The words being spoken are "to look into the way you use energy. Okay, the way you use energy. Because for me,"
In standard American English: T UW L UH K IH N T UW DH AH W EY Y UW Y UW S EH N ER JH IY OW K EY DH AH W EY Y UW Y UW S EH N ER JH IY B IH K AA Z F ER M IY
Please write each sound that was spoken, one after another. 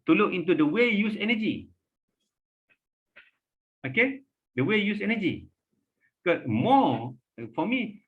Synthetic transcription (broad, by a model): T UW L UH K IH N T UW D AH W EY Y Y UW S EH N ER JH IY OW K EY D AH W EY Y Y UW S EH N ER JH IY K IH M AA F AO M IY